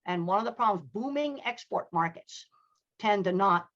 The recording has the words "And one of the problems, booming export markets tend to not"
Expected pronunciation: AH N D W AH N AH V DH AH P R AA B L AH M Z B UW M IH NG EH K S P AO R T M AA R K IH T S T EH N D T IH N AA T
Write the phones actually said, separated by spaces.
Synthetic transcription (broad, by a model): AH N W AH N AH V DH AH P R AA B L AH M Z B UW M IH NG EH K S P AO R T M AA R K IH T S T EH N T IH N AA T